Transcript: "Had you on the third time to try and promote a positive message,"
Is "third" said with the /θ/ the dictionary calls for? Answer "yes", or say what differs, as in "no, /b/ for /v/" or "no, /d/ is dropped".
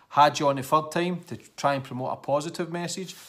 no, /f/ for /θ/